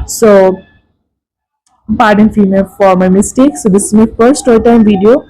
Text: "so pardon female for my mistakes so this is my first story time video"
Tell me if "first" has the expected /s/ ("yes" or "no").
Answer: no